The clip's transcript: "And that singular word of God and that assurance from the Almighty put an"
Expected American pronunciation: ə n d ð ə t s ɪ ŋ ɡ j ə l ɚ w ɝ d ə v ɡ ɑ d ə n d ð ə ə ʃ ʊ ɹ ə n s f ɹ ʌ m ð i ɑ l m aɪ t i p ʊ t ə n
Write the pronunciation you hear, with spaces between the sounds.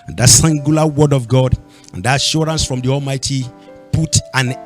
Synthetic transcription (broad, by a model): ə n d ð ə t s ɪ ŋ ɡ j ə l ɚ w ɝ d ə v ɡ ɑ d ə n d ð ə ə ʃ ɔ ɹ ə n s f ɹ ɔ m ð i ɑ l m aɪ t i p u t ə n